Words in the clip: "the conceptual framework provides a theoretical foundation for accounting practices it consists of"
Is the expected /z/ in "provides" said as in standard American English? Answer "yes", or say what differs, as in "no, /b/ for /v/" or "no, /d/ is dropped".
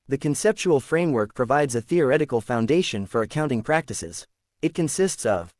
yes